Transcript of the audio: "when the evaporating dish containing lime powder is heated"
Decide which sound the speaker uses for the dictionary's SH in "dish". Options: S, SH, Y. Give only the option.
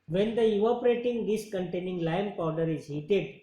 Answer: S